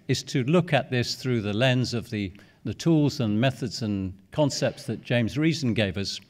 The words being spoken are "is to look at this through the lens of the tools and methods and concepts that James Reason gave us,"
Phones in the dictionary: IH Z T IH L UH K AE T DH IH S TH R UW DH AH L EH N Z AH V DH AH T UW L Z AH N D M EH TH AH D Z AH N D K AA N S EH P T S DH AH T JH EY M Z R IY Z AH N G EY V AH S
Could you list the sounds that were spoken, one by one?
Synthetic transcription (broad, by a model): IH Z T IH L UH K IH T DH IH S TH R UW DH AH L EH N Z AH V DH AH T UW L Z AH N M EH TH AH D Z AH N K AA N S EH P T S DH AH T JH EY M Z R IY Z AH N G EY V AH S